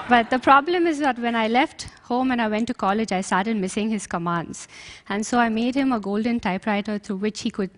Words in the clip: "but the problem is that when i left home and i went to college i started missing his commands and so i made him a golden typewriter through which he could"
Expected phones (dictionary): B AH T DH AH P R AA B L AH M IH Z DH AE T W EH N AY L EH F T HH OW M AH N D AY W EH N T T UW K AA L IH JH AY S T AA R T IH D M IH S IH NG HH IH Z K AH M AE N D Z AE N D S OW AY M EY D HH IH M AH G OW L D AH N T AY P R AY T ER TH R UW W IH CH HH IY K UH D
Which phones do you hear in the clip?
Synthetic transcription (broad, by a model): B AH T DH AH P R AA B L AH M IH Z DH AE T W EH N AY L EH F T HH OW M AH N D AY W EH N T T UW K AA L IH JH AY S T AA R T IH D M IH S IH NG HH IH Z K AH M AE N D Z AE N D S OW AY M EY D HH IH M AH G OW L D AH N T AY P R AY T ER T R UW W IH CH HH IY K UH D